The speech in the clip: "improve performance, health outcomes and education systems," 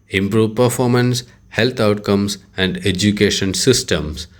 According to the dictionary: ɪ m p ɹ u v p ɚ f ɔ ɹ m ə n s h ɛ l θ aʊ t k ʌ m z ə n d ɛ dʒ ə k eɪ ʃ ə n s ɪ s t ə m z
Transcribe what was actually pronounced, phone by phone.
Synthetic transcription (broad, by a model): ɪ m p ɹ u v p ɚ f ɔ ɹ m ə n s h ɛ l t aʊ t k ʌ m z ə n d ɛ dʒ ə k eɪ ʃ ə n s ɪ s t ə m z